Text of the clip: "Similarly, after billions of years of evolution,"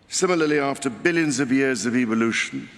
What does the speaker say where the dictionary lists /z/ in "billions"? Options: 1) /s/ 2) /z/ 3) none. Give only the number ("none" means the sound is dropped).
2